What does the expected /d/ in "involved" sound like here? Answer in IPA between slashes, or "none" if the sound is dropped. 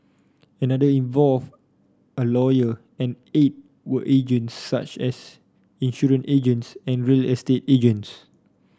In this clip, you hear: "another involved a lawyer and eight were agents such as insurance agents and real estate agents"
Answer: none